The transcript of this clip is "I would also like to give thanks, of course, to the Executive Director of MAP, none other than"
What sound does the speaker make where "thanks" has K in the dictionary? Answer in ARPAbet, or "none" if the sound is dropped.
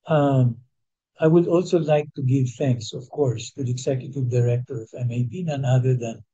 K